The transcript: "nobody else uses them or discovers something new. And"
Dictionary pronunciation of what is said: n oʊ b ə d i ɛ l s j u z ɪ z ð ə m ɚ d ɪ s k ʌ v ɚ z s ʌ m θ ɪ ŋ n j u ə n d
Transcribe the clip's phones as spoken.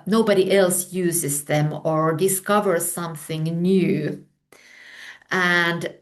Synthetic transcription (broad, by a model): n oʊ b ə d i ɛ l s j u z ɪ z ð ə m ɚ d ɪ s k ʌ v ɚ z s ʌ m θ ɪ ŋ n j u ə n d